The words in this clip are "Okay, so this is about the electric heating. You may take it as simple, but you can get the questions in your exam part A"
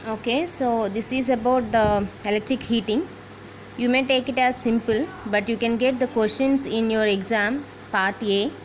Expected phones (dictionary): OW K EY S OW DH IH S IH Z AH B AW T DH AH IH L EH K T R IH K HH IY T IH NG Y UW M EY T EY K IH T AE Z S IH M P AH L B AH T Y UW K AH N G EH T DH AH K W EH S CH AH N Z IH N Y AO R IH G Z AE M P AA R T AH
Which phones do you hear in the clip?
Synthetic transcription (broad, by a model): OW K EY S OW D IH S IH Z AH B AW T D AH IH L EH K T R IH K HH IY T IH NG Y UW M EY T EY K IH T AE Z S IH M P AH L B AH T Y UW K AH N G EH T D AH K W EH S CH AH N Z IH N Y AO R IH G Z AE M P AA R T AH